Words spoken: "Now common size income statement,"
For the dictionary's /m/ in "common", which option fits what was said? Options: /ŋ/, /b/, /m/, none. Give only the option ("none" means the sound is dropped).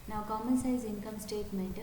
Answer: /m/